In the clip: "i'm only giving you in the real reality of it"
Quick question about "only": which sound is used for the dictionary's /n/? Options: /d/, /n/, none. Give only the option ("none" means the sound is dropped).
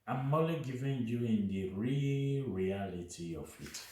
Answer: none